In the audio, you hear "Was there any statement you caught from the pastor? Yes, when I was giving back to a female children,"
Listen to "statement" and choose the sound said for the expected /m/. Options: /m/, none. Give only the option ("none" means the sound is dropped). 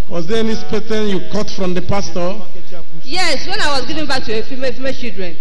none